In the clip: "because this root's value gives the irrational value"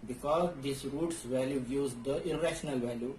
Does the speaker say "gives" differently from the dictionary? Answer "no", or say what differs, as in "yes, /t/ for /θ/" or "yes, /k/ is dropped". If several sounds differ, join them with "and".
yes, /v/ is dropped